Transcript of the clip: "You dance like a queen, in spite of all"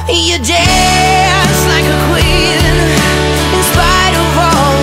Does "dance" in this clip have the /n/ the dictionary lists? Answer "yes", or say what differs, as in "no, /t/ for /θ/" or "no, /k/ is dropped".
no, /n/ is dropped